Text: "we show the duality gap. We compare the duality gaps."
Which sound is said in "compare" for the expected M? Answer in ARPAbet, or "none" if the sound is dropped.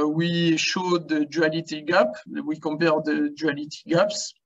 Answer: none